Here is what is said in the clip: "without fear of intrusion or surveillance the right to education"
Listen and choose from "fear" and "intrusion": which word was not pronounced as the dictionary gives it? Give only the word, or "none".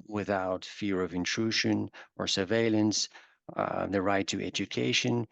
none